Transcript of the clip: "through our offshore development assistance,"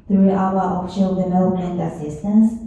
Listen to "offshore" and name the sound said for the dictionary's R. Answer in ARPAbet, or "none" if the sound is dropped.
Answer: L